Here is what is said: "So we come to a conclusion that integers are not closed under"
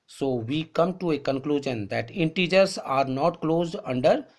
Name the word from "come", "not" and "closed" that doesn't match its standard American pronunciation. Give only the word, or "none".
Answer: none